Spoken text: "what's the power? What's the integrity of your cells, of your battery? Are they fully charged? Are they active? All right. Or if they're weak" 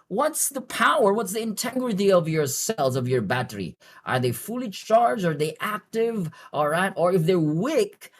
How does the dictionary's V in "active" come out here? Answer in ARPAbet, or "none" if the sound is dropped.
V